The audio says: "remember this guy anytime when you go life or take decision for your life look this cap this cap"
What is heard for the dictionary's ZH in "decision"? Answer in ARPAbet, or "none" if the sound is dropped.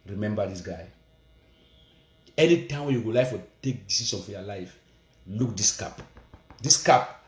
S